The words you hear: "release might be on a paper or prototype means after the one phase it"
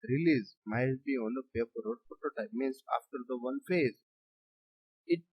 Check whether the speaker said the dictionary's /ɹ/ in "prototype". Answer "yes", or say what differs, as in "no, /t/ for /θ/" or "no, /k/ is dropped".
no, /ɹ/ is dropped